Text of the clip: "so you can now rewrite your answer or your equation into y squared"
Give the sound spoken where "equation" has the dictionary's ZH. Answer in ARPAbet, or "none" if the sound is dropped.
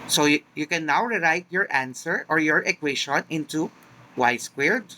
SH